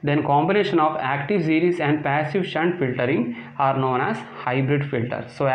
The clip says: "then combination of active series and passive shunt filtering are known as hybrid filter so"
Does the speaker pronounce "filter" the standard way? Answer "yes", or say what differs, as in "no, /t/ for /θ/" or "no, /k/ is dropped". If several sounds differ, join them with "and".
yes